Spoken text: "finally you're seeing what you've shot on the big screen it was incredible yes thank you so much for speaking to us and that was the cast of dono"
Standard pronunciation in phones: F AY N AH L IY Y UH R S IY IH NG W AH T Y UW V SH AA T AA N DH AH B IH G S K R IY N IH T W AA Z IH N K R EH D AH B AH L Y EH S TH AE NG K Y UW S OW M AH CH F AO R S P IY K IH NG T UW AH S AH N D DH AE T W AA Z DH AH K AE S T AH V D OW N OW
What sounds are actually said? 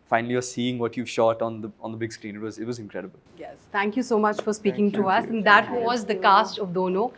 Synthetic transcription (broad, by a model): F AY N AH L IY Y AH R S IY IH NG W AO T Y UW V SH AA T AA N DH AH B IH G S K R IY N IH T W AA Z IH N K R EH D AH B AH L Y EH S T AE NG K Y UW S OW M AH CH F AO R S P IY K IH NG T UW AH S AH N D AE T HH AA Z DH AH K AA S T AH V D OW N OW